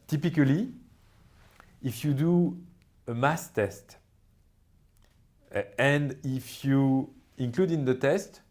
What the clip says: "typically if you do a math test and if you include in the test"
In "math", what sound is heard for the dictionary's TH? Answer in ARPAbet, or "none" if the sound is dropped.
S